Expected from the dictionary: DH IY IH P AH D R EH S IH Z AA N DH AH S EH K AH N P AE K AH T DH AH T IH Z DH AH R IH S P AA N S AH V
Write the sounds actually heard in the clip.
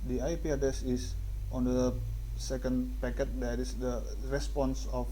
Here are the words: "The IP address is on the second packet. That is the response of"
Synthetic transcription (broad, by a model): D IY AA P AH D EH S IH S AA N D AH S EH K AH N P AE K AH T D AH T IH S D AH R IH S P AA N S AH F